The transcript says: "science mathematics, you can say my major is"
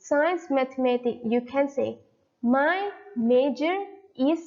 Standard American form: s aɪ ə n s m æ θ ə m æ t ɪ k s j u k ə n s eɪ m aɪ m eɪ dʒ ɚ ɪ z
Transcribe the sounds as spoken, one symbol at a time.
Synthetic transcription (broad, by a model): s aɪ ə n s m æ t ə m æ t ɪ k j u k ə n s eɪ m aɪ m eɪ dʒ ɚ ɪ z